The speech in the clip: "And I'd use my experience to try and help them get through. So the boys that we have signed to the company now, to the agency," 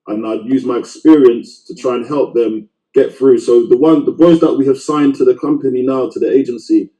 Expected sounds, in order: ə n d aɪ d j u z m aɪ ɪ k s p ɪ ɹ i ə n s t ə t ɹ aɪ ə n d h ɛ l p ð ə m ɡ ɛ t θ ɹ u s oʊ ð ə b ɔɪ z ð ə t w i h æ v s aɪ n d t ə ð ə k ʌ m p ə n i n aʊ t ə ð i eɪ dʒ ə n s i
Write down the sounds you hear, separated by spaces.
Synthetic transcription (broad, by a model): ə n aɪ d j u z m aɪ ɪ k s p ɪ ɹ i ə n s t ə t ɹ aɪ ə n h ɛ l p ð ə m ɡ ɛ t θ ɹ u s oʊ ð ə b ɔɪ z ð ə t w i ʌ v s aɪ n t ə ð ə k ʌ m p ə n i n aʊ t ə ð i eɪ dʒ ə n s i